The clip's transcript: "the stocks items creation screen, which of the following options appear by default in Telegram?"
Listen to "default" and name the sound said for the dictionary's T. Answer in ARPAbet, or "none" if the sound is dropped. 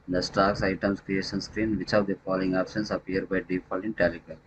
none